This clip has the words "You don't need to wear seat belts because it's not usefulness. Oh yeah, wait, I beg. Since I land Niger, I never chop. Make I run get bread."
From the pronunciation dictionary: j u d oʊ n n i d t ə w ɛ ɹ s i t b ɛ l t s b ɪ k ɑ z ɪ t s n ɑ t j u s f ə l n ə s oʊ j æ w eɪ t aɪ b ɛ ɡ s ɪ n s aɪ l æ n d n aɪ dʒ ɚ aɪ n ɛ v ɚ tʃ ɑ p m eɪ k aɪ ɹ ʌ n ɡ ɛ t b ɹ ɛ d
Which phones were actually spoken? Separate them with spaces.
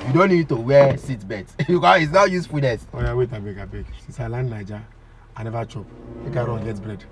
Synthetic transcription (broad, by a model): j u d oʊ n n i d t ə w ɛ s i t b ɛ t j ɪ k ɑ ɪ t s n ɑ j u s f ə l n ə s oʊ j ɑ w eɪ t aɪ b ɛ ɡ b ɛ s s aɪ l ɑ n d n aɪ dʒ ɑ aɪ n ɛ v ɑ tʃ ɑ p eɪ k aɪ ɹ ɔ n ɡ ɛ t b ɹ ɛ d